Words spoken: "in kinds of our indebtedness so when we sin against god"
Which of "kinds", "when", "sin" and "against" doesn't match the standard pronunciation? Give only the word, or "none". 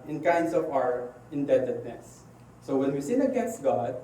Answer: kinds